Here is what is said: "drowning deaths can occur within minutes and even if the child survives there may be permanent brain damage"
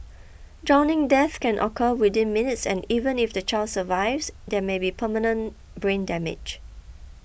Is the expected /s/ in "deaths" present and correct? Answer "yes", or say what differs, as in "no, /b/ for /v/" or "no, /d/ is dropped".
no, /s/ is dropped